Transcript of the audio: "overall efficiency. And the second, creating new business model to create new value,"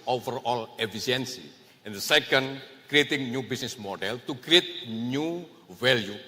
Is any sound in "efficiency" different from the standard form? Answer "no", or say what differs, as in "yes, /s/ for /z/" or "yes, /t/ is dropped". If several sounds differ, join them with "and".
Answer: yes, /s/ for /ʃ/